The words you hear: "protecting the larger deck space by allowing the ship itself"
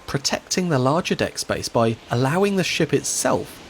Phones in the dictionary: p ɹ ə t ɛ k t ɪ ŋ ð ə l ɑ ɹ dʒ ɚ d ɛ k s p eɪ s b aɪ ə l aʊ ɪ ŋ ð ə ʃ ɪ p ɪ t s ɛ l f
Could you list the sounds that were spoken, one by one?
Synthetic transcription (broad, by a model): p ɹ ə t ɛ k t ɪ ŋ ð ə l ɑ dʒ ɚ d ɛ k s b eɪ s b aɪ ə l aʊ ɪ ŋ ð ə ʃ ɪ p ɪ t s ɛ l f